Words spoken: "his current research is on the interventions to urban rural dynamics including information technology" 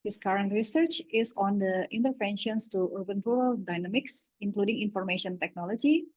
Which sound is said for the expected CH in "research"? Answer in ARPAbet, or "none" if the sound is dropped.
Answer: CH